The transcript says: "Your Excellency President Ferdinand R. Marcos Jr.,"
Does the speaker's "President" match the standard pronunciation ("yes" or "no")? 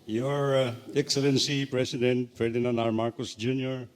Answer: no